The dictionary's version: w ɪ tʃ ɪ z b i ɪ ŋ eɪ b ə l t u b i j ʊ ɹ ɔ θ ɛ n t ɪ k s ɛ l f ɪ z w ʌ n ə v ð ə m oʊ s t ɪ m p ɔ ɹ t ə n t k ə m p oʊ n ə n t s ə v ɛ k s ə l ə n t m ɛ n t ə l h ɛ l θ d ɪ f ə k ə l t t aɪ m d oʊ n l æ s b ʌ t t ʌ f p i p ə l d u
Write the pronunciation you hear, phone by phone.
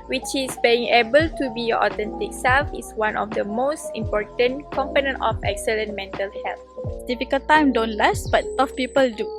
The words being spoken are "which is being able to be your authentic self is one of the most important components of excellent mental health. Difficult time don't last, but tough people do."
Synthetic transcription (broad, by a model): w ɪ tʃ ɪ s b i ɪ ŋ eɪ b ə l t u b i j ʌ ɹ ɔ t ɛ n t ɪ k s ɛ l f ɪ s w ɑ n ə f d ə m oʊ s t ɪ m p ɔ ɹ t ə n k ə m p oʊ n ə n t ə f ɛ k s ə l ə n m ɛ n t ə l h ɛ l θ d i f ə k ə l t t aɪ m d oʊ n l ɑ s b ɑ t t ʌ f p i p ə l d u